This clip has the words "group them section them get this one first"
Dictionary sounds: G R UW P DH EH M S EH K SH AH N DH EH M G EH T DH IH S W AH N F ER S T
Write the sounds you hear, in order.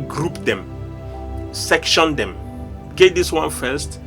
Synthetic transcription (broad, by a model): G R UW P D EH M S EH K SH AH N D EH M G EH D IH S W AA N F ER S T